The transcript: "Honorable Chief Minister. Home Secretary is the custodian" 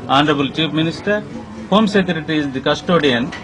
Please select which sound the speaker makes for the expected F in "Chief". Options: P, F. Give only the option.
P